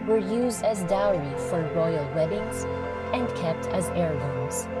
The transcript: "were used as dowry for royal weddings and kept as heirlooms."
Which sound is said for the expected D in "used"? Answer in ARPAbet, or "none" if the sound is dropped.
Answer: D